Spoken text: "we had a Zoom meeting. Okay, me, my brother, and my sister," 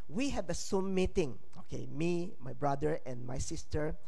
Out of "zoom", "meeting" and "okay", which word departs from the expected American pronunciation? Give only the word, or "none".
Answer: zoom